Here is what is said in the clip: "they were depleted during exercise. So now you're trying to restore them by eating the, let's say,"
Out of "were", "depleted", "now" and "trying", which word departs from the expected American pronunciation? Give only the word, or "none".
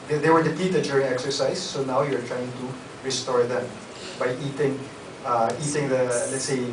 depleted